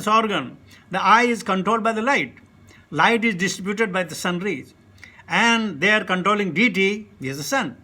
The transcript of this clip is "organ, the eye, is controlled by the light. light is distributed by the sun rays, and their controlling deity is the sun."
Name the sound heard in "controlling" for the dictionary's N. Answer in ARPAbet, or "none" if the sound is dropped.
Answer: N